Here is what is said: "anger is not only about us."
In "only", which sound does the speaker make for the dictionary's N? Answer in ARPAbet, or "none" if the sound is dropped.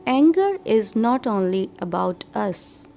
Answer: N